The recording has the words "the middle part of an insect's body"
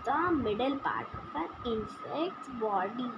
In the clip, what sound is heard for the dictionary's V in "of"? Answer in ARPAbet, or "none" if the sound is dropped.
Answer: P